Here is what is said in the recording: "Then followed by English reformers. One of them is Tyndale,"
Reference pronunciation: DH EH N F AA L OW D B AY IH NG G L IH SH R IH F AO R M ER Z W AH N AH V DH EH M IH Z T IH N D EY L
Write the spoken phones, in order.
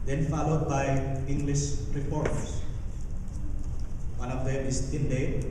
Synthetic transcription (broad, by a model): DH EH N F AA L OW D B AY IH NG G L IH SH R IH P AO R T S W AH N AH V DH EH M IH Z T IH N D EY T